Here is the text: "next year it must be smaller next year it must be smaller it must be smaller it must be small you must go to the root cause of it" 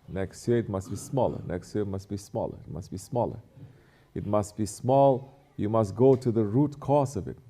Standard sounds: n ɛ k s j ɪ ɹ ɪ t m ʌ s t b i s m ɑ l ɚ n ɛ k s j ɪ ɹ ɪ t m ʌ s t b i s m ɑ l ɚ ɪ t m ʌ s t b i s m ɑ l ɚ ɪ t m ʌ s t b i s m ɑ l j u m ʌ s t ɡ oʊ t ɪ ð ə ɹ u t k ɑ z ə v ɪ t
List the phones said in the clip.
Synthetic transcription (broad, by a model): n ɛ k s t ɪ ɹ ɪ t m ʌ s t b i s m ɑ l ɚ n ɛ k s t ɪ ɪ t m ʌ s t b i s m ɑ l ɚ ɪ t m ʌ s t b i s m ɑ l ɚ ɪ t m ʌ s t b i s m ɑ l j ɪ m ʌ s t ɡ oʊ t ɪ ð ə ɹ u t k ɑ s ə v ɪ t